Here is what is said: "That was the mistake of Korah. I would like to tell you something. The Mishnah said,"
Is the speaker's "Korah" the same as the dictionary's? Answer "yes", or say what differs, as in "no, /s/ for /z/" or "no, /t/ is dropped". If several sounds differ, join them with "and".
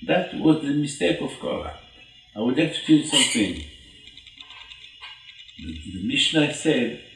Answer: no, /l/ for /ɹ/